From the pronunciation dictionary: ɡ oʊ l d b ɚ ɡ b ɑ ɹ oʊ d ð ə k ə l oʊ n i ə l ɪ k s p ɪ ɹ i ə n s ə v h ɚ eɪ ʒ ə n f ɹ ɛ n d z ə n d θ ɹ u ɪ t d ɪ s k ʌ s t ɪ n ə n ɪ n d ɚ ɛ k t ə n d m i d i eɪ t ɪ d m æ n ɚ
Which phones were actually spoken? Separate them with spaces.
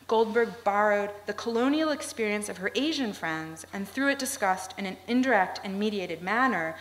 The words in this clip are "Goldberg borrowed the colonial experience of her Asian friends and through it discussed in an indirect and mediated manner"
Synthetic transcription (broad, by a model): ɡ oʊ l d b ɚ ɡ b ɑ ɹ oʊ d ð ə k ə l oʊ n i l ɪ k s p ɪ ɹ i ə n s ə v ɚ eɪ ʒ ə n f ɹ ɛ n d z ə n θ ɹ u ɪ t d ɪ s k ʌ s t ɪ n ə n ɪ n d ɚ ɛ k t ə n m i d i eɪ t ɪ d m æ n ɚ